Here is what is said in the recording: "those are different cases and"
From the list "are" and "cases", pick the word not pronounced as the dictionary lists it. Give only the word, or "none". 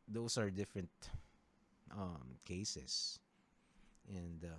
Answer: cases